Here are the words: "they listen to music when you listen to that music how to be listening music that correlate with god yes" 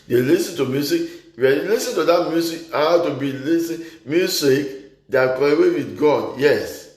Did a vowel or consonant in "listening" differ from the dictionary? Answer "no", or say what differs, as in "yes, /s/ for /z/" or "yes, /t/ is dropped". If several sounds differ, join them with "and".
yes, /n/ is dropped